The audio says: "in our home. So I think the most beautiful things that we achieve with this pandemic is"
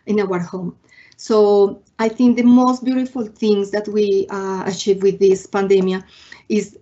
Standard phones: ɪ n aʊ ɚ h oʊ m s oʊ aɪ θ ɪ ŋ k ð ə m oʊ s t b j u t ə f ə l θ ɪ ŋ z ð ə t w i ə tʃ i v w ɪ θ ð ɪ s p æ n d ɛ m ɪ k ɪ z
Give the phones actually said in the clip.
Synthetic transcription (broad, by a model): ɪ n aʊ ɚ h oʊ m s oʊ aɪ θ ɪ ŋ k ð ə m oʊ s t b j u t ə f ə l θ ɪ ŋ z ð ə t w i ə tʃ i v w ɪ ð ɪ s p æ n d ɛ m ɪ ɪ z